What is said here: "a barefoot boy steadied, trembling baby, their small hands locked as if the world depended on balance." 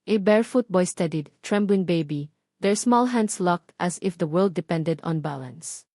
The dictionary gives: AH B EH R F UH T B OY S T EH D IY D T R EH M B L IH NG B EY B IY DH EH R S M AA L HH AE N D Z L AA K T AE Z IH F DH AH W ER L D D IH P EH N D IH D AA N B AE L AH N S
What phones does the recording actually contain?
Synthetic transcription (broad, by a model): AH B EH R F UH T B OY S T EH D IY D T R EH M B L IH NG B EY B IY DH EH R S M AA L HH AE N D S L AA K T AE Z IH F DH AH W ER L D D IH P EH N D IH D AA N B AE L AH N S